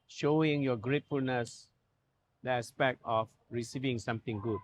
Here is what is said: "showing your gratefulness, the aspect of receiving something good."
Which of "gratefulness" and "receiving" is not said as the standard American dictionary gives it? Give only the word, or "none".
none